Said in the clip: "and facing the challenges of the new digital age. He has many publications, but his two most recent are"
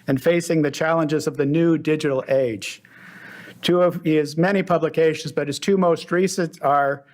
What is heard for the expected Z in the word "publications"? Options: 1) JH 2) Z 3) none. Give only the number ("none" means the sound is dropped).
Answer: 2